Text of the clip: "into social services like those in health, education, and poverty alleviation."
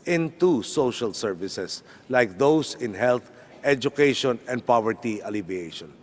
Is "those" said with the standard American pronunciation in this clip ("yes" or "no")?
no